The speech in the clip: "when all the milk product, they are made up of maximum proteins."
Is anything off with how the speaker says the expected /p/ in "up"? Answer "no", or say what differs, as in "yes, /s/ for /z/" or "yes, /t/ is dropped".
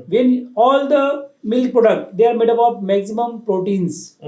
yes, /b/ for /p/